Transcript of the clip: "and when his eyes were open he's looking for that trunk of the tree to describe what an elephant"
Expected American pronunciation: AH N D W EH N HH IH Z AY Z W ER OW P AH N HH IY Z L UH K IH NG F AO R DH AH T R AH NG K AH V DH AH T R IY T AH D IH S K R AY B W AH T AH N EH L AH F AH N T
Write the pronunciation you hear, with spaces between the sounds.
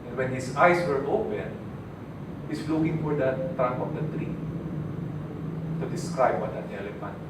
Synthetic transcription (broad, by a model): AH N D W EH N HH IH S AY S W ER OW P AH N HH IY S L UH K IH NG F AO R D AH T R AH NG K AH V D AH T R IY T AH D IH S K R AY B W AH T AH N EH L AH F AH N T